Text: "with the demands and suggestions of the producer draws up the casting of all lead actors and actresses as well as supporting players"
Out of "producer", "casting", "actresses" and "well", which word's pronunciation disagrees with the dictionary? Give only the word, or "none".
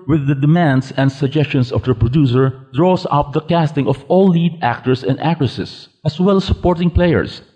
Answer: actresses